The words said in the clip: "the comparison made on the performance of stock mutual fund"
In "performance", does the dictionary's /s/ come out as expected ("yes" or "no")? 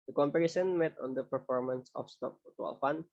yes